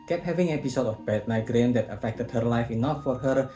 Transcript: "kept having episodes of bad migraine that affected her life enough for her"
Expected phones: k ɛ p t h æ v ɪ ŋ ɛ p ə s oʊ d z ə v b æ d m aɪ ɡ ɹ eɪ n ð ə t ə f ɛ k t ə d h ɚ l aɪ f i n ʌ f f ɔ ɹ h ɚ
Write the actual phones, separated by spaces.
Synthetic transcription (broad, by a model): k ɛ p h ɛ v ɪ ŋ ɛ p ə s oʊ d ə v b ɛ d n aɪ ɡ ɹ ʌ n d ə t ə f ɛ k t ə d h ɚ l aɪ f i n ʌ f f ɔ ɹ h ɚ